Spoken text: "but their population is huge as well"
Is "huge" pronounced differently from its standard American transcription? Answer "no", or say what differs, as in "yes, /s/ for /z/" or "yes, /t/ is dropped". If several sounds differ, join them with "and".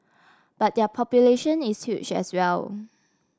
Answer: yes, /tʃ/ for /dʒ/